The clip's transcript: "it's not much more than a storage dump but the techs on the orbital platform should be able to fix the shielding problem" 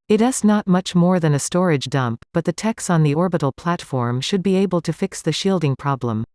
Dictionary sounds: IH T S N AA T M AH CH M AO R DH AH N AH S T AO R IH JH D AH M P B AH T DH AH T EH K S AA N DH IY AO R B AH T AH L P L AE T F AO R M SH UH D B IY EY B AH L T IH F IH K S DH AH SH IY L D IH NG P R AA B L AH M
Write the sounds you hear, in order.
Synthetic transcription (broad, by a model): IH T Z N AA T M AH CH M AO R DH AH N AH S T AO R IH JH D AH M P B AH T DH AH T EH K S N DH IY AO R B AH T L P L AE T F AO R M SH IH D B IY EY B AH L T IH F IH K S DH AH SH IY L D IH NG P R AA B L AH M